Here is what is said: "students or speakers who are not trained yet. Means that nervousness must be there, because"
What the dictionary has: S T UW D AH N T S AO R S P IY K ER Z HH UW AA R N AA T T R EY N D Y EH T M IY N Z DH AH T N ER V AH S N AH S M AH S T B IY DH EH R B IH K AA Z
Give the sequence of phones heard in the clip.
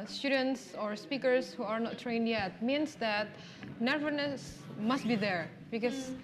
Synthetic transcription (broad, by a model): S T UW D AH N T S AO R S P IY K ER S HH UW AA R N AA T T R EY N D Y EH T M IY N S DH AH T N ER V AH N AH S M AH S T B IY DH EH R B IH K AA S